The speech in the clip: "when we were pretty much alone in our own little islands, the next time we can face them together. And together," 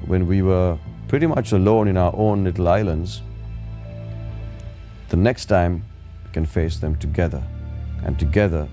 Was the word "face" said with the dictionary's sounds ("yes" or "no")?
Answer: yes